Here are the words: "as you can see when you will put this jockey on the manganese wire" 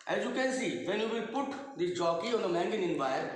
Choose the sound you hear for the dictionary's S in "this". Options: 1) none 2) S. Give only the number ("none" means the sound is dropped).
1